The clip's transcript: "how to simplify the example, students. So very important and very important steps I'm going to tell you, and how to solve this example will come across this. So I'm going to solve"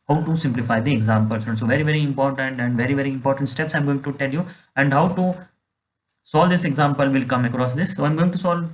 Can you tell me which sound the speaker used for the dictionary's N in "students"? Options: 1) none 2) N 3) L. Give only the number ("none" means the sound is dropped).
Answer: 1